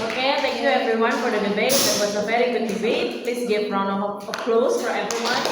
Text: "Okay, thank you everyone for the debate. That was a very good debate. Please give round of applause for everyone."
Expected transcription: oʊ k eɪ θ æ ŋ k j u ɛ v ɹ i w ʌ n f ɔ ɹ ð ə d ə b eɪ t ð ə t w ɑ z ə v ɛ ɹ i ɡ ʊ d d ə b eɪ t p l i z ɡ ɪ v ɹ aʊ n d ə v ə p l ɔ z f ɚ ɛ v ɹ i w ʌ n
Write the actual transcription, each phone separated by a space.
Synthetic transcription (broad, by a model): oʊ k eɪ t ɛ ŋ k j u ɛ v ɹ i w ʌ n f ɔ ɹ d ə d ə b eɪ t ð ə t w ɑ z ə v ɛ ɹ i ɡ ʊ d d ə b eɪ t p l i s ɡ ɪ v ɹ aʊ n ə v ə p l ɔ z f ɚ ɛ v ɹ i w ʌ n